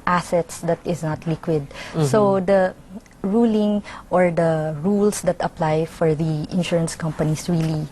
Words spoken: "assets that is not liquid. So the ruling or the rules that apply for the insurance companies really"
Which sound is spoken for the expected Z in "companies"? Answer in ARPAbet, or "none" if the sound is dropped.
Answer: S